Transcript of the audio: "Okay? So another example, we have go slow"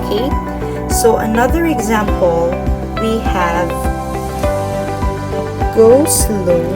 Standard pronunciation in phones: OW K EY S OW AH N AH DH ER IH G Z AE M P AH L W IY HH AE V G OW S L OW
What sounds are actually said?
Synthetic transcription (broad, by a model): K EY S OW AH N AH DH ER IH G Z AE M P AH L W IY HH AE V G OW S L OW